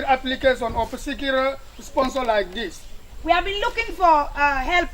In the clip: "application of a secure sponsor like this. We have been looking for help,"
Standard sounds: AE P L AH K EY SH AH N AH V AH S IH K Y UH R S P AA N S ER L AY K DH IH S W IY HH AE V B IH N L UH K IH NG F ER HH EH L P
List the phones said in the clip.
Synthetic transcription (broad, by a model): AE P L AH K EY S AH N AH P AH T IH K Y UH L S P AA N S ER L AY K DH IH S W IY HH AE V B IH N L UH K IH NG F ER HH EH L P